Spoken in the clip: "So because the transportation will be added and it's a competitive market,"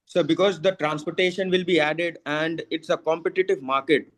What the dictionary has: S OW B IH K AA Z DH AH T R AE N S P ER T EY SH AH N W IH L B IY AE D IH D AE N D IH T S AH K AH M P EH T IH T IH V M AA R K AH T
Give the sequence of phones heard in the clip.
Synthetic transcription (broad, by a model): S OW B IH K AA Z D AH T R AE N S P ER T EY SH AH N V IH L B IY AE D IH D AE N D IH T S AH K AH M P EH T IH T IH V M AA R K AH T